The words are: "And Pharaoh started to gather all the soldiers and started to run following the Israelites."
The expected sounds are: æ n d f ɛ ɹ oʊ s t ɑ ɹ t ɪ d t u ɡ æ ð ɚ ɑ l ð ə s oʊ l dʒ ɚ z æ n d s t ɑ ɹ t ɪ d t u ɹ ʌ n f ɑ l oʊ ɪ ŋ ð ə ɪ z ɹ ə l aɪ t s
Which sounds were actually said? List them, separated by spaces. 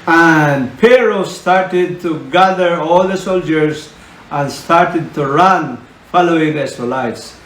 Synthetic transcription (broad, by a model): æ n d p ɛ ɹ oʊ s t ɑ ɹ t ɪ d t u ɡ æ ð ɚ ɑ l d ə s oʊ l dʒ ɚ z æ n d s t ɑ ɹ t ɪ d t u ɹ ʌ n f ɑ l oʊ ɪ ŋ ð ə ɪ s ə l aɪ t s